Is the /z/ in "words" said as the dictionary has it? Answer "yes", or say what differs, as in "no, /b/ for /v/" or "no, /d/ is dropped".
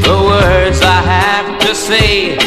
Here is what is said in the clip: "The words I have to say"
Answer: yes